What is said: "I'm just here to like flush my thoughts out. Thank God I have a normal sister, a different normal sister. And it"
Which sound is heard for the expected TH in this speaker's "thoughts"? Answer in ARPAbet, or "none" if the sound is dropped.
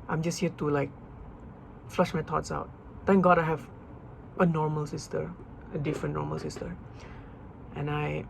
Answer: T